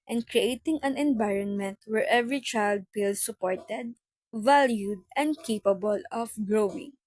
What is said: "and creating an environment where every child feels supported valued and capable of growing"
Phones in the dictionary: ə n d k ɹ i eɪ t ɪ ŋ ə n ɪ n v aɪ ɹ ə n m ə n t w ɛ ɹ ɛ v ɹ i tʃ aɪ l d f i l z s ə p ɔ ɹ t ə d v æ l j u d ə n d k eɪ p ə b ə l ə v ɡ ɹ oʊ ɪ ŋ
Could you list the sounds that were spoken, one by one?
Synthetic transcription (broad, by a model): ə n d k ɹ i eɪ t ɪ ŋ ə n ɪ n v aɪ ɹ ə n m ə n t w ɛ ɹ ɛ v ɹ i tʃ aɪ l d p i l s ə p ɔ ɹ t ə d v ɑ l j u d ə n d k eɪ p ə b ə l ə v ɡ ɹ oʊ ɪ ŋ